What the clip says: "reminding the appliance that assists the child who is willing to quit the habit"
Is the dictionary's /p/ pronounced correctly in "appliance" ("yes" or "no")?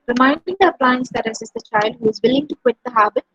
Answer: yes